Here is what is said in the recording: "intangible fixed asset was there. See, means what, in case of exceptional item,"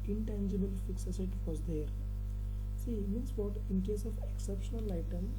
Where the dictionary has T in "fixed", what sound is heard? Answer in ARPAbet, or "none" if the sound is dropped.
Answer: none